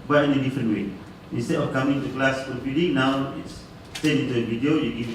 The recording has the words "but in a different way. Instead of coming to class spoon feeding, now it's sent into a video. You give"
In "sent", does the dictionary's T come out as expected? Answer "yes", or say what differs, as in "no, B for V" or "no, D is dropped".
no, T is dropped